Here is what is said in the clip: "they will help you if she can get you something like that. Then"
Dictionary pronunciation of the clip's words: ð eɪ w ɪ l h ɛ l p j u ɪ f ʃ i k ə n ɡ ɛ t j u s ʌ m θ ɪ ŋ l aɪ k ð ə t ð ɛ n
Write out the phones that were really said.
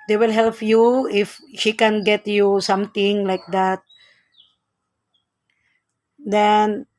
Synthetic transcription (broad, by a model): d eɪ w ɪ l h ɛ l p j u ɪ f ʃ i k ə n ɡ ɛ t j u s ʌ m t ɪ ŋ l aɪ k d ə t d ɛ n